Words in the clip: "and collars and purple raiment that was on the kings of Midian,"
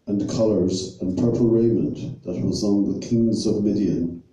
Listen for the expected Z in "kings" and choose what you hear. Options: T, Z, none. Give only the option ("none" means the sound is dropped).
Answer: Z